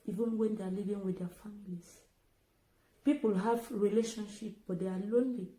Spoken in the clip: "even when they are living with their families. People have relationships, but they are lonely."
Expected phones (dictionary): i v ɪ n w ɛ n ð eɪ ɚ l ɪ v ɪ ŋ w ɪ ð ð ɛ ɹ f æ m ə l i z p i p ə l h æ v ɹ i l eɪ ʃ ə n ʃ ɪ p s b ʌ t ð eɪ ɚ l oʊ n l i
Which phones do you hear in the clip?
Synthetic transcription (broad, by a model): i v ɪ n w ɛ n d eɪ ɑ l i v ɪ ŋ w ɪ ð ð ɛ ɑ f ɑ m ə l i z p i p ə l h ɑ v ɹ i l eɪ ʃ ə n ʃ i p b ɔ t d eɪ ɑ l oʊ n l i